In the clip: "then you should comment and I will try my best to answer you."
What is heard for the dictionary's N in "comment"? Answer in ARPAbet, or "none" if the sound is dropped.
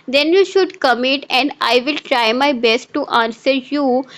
none